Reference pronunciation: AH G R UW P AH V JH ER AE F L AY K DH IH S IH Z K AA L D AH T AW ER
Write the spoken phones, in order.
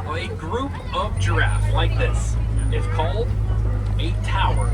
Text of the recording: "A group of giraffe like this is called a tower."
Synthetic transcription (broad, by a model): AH G R UW P AH V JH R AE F L AY K DH IH S IH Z K AA L D AH T AW ER